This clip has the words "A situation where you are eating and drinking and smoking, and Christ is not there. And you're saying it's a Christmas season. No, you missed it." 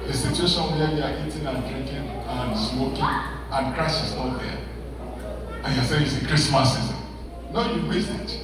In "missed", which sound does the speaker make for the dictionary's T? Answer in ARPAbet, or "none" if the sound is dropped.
none